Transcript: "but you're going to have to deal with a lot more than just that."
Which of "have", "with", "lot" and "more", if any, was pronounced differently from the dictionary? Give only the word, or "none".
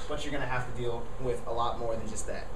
have